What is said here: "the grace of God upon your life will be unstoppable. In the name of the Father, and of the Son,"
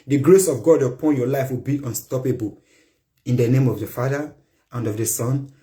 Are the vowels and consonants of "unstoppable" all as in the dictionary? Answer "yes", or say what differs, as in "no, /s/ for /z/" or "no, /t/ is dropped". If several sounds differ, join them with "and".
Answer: yes